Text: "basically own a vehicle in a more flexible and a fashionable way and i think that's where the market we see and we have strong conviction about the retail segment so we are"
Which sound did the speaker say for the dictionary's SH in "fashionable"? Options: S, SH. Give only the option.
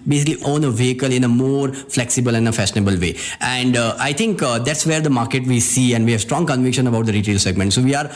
S